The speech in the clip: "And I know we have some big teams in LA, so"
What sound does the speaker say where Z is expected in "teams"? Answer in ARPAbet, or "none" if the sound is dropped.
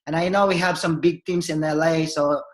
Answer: S